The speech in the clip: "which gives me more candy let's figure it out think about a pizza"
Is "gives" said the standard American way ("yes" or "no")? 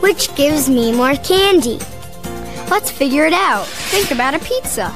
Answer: yes